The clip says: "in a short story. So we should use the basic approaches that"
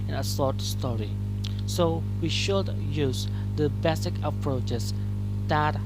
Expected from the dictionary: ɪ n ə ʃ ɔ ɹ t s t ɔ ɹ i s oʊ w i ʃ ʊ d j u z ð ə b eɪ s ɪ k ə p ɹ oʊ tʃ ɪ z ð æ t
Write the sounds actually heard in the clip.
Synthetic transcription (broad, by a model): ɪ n ə s ɔ ɹ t s t ɔ ɹ i s oʊ w i ʃ ʊ d j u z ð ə b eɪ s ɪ k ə p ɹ oʊ tʃ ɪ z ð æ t